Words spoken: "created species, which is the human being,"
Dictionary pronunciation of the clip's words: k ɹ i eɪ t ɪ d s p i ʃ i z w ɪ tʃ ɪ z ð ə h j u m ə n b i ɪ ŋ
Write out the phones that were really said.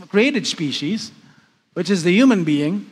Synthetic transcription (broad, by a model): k ɹ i eɪ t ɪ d s p i ʃ i z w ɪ tʃ ɪ z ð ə h j u m ə n b i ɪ ŋ